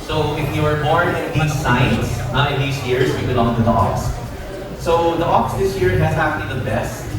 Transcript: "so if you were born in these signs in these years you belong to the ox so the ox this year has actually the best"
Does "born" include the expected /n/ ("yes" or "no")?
no